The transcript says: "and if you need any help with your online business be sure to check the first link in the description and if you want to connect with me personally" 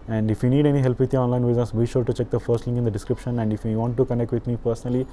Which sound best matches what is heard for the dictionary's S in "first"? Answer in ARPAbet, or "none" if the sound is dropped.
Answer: S